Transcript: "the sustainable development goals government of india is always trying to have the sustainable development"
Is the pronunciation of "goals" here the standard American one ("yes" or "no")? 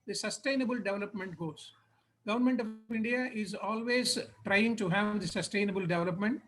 no